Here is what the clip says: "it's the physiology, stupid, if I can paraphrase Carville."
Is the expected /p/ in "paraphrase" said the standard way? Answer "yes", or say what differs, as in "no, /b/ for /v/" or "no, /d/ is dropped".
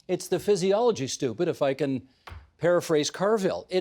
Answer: yes